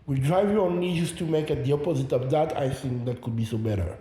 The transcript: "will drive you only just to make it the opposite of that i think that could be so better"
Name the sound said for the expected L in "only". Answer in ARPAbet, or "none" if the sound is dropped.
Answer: none